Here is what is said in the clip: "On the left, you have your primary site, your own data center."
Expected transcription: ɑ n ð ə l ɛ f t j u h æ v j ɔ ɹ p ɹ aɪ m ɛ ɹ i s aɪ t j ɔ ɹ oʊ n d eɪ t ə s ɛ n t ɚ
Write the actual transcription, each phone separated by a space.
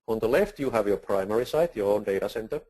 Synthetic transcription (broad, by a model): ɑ n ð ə l ɛ f t j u h æ v j ɔ ɹ p ɹ aɪ m ɛ ɹ i s aɪ t j ɔ ɹ oʊ n d eɪ t ə s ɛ n t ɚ